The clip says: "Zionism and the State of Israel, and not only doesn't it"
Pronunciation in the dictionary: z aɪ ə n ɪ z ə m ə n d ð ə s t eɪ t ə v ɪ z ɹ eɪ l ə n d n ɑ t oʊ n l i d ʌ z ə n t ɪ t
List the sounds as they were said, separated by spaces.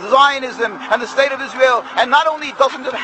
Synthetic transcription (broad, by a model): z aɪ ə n ɪ z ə m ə n ð ə s t eɪ t ə v ɪ z ɹ eɪ l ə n n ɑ t oʊ n l i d ʌ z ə n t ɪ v